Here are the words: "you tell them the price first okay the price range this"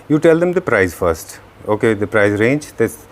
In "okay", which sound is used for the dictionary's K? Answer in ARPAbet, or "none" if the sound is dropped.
K